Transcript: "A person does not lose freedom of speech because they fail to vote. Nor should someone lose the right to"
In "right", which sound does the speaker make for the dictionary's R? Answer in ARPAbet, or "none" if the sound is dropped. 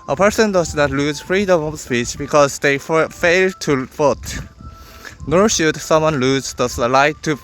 L